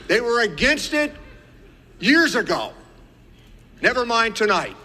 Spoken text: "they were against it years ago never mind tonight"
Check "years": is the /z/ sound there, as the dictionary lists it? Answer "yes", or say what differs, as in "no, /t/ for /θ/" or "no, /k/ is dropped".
yes